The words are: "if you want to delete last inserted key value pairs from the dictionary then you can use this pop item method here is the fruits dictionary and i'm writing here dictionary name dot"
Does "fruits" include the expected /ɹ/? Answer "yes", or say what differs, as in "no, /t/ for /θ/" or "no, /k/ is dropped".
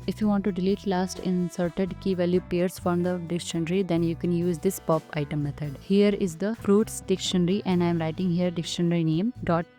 yes